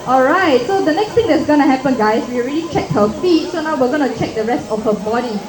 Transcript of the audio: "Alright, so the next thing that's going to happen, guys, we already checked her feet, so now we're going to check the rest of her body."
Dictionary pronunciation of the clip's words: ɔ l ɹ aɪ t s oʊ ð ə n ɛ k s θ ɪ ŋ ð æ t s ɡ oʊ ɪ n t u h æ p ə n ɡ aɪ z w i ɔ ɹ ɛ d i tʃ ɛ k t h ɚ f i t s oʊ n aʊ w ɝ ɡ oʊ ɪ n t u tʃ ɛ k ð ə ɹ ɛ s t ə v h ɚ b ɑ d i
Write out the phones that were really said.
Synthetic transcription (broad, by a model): ɔ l ɹ aɪ t s oʊ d ə n ɛ k s t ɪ ŋ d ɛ t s ɡ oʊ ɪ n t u h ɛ p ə n ɡ aɪ s w i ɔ ɹ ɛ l i tʃ ɛ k h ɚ f i t s oʊ n aʊ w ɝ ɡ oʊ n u tʃ ɛ k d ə ɹ ɛ s t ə f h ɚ b ɑ d i